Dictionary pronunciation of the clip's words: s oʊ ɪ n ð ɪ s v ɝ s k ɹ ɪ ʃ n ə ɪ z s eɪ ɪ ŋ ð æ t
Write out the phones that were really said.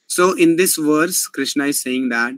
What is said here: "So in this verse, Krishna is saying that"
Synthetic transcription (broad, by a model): s oʊ ɪ n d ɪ s v ɝ s k ɹ ɪ ʃ n ə ɪ z s eɪ ɪ ŋ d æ t